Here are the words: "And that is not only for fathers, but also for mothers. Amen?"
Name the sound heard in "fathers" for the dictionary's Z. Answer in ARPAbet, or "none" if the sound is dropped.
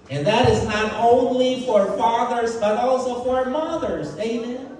Z